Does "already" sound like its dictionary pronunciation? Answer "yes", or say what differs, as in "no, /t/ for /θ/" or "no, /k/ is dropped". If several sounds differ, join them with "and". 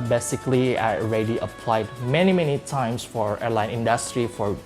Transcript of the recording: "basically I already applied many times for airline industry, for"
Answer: yes